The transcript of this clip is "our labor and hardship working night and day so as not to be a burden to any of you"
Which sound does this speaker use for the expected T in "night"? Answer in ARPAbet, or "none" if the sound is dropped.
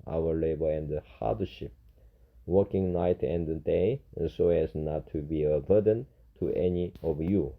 T